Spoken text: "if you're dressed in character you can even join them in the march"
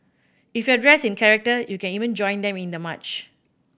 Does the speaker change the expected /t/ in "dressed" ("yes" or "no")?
yes